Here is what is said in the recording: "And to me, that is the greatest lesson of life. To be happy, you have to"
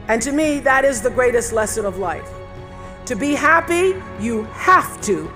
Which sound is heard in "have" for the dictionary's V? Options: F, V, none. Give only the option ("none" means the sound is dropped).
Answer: F